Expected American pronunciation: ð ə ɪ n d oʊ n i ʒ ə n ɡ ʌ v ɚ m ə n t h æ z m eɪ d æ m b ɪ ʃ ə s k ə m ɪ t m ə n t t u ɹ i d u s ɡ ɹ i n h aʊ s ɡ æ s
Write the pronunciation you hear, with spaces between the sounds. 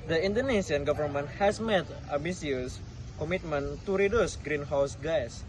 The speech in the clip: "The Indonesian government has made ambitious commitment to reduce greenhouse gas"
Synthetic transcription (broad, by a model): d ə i n d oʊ n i s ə n ɡ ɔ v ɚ m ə n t h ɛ s m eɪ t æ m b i s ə s k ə m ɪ t m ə n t t u ɹ i d u s ɡ ɹ i n h aʊ s ɡ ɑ s